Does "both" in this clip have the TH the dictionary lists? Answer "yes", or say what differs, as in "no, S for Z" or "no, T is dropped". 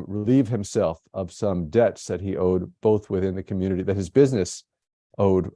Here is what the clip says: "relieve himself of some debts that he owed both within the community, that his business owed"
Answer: yes